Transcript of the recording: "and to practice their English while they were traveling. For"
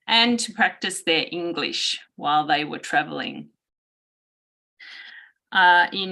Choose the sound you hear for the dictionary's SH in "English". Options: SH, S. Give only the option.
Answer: SH